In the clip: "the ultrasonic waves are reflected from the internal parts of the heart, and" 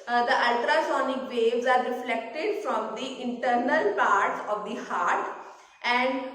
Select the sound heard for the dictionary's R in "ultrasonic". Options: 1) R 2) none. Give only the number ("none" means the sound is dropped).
1